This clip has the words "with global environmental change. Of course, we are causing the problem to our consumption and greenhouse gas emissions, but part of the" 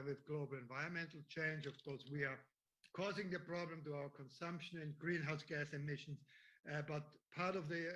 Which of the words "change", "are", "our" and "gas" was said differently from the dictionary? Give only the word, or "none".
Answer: none